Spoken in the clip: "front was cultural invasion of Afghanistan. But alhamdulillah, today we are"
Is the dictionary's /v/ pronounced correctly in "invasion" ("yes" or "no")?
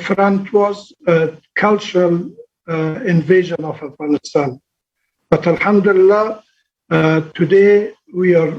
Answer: yes